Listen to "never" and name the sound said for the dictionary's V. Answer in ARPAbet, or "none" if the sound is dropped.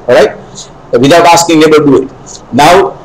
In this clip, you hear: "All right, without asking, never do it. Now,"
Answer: B